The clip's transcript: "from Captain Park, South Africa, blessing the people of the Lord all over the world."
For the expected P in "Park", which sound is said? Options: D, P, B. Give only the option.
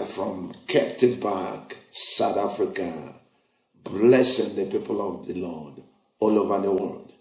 B